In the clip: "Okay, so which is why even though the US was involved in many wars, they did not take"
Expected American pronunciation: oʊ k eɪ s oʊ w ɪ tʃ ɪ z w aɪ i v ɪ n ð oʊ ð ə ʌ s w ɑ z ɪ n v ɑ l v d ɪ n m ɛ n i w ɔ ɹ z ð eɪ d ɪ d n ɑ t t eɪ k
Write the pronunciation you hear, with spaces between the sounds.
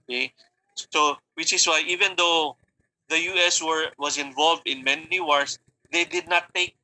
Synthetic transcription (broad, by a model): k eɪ s oʊ w ɪ tʃ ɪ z w aɪ i v ɪ n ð oʊ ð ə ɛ s w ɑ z ɪ n v ɑ l v d ɪ n m ɛ n i w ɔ ɹ s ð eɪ d ɪ d n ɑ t t eɪ k